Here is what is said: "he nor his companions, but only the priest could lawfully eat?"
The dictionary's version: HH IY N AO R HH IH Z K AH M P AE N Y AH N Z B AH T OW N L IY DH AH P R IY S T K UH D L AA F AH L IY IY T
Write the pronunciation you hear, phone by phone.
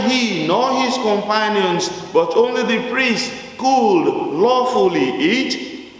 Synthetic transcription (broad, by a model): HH IY N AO HH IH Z K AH M P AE N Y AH N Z B AH T OW N L IY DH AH P R IY S T K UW D L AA F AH L IY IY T